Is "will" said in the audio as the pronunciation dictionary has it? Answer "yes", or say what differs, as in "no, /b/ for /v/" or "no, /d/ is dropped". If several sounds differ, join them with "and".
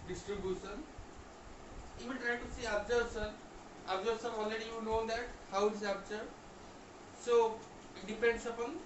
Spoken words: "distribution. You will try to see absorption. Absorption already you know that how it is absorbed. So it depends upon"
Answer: no, /n/ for /l/